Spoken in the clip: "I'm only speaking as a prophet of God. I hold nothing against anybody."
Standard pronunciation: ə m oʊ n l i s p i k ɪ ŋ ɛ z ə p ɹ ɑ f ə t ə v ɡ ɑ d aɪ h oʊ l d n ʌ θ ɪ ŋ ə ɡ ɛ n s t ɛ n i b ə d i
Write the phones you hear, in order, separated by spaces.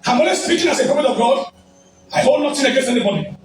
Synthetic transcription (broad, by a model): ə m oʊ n w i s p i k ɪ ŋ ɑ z ə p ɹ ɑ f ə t ə v ɡ ɑ d aɪ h oʊ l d n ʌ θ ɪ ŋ ə ɡ ɛ n s t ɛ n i b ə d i